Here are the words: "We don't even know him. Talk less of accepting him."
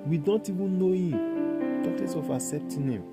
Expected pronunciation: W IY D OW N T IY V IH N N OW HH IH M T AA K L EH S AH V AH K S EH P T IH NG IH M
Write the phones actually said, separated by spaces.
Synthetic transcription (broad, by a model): W IY D OW N T IY V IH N N OW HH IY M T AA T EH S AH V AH S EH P T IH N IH M